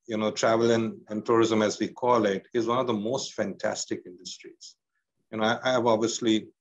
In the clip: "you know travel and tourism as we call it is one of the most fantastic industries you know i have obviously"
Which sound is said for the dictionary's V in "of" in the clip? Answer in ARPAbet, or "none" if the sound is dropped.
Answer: V